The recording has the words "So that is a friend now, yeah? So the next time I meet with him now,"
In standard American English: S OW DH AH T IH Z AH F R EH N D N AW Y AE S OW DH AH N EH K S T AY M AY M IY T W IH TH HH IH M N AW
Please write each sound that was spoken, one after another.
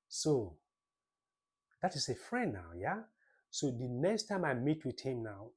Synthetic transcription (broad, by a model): S OW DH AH T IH S AH F R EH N N AW Y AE S OW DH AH N EH K S T AY M AY M IY T W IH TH HH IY M N AW